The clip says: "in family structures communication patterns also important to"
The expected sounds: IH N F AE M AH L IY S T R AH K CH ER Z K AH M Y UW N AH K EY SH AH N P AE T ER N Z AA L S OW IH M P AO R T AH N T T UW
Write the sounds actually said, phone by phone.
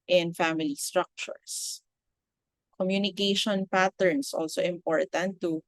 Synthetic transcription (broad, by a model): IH N F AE M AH L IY S T R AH K CH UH S K AH M Y UW N AH K EY SH AH N P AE T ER N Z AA L S OW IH M P AO R T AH N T T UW